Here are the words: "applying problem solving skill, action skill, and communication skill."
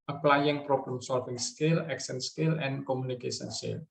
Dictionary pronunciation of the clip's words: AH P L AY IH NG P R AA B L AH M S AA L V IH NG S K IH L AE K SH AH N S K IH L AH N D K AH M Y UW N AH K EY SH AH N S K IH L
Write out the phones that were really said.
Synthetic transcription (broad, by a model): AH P L AY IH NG P R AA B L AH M S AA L F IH NG S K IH L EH K S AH N S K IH L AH N K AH M UW N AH K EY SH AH N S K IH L